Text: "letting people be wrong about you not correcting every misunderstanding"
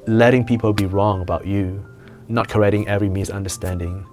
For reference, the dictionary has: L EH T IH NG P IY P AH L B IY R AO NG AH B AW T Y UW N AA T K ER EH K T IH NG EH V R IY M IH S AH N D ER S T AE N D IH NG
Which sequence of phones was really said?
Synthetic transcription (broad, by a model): L EH T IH NG P IY P AH L B IY R AO NG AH B AW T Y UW N AA T K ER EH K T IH NG EH V R IY M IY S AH N D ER S T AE N D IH NG